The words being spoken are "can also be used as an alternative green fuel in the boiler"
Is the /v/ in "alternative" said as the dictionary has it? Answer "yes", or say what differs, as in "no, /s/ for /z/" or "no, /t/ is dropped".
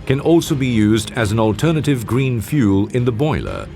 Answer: yes